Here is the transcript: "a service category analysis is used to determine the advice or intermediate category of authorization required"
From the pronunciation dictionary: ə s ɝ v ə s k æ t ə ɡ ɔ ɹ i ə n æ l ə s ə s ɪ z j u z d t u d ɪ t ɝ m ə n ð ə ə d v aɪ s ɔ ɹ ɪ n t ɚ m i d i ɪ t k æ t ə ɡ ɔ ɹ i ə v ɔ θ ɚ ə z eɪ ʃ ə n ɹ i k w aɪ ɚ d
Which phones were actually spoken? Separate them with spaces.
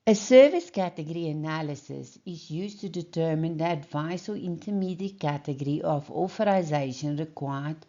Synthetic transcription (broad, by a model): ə s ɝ v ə s k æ t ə ɡ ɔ ɹ i ə n æ l ə s ə s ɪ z j u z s t u d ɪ t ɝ m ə n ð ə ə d v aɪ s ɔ l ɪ n t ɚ m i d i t k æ t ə ɡ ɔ ɹ i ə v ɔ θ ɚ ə z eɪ ʃ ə n ɹ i k w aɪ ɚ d